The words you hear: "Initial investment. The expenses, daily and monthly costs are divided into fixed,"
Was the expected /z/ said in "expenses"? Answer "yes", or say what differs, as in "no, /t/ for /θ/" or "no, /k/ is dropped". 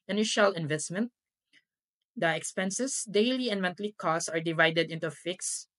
no, /s/ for /z/